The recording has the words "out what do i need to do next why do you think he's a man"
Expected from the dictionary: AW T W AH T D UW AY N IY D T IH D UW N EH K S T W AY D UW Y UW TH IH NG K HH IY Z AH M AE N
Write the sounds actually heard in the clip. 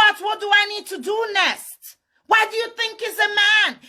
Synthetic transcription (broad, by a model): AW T W AH T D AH AY N IY D T IH D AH N EH S T W AY D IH Y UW TH IH NG K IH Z AH M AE N